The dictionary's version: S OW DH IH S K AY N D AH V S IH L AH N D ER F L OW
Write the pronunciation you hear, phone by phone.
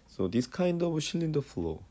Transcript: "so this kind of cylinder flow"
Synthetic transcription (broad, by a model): S OW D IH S K AY N D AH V SH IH L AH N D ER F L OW